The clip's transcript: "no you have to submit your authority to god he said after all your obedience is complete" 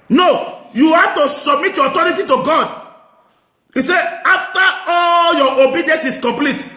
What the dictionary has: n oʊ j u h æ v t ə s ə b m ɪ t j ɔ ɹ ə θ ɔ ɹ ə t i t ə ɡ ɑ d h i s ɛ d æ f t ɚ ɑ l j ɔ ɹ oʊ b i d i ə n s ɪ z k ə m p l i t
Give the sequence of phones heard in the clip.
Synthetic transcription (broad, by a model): n oʊ j u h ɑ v t ə s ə b m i t j ɔ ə t ɔ ɹ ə t i t ə ɡ ɑ d i s ɛ ɑ f t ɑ ɑ l j ɔ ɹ oʊ b i d i ə n s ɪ s k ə m p l i t